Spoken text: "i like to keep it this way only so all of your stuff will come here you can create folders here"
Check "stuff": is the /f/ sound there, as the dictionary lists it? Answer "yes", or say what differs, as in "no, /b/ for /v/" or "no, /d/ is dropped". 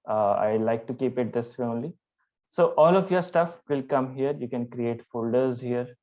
yes